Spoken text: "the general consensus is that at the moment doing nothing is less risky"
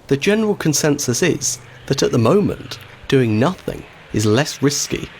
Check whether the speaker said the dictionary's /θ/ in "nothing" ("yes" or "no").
yes